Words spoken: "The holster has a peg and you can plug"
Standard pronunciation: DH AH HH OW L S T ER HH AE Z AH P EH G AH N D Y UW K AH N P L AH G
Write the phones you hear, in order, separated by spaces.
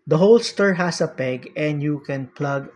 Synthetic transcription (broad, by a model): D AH HH OW L S T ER HH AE S AH P EH G AH N D Y UW K AH N P L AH G